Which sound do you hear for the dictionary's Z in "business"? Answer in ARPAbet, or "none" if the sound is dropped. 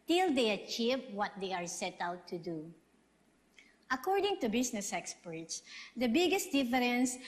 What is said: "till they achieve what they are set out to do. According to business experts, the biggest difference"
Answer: S